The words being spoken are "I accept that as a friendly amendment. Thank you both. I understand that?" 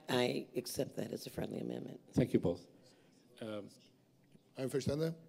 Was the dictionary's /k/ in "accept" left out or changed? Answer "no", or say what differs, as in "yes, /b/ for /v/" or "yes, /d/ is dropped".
no